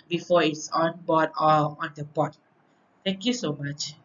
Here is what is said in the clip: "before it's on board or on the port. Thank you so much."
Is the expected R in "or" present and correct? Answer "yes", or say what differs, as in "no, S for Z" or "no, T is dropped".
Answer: no, L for R